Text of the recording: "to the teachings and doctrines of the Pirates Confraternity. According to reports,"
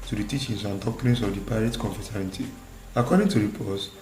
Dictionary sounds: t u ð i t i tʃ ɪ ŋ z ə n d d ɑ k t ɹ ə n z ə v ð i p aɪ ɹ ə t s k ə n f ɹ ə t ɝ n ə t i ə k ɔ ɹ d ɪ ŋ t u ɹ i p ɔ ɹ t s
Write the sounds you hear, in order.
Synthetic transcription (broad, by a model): t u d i t i tʃ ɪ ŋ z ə n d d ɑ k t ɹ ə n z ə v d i p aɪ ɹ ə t k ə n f ə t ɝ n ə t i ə k ɔ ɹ d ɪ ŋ t u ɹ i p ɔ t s